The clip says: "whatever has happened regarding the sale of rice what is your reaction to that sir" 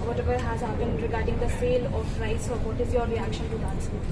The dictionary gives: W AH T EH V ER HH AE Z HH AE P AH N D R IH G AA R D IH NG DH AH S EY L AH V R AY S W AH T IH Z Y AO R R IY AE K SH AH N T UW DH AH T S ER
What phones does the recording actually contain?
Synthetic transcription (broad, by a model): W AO T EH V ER HH AE Z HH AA B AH N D R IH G AA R D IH NG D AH S EY L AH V R AY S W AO T IH Z Y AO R R IY AE K SH AH N T UW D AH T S